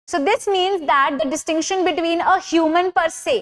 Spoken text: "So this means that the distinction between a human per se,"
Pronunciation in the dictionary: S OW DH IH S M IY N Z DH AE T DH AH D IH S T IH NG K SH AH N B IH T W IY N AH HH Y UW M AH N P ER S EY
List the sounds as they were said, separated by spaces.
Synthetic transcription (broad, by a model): S OW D IH S M IY N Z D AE T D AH D IH S T IH NG K SH AH N B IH T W IY N AH HH Y UW M AH N P ER S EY